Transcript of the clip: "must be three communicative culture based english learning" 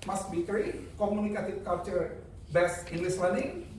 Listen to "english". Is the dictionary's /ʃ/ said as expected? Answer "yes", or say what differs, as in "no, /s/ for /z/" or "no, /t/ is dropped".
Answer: no, /s/ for /ʃ/